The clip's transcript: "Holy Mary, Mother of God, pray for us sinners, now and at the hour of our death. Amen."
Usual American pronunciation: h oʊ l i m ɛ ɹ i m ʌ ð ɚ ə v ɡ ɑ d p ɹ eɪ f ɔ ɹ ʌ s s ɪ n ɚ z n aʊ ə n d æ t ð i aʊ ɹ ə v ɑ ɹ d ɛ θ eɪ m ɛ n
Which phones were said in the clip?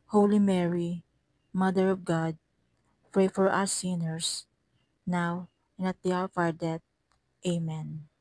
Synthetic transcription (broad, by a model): h oʊ l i m ɛ ɹ i m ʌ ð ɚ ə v ɡ ɑ d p ɹ eɪ f ɔ ɹ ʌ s s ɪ n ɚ s n aʊ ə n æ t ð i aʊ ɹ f ɑ ɹ d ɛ t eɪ m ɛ n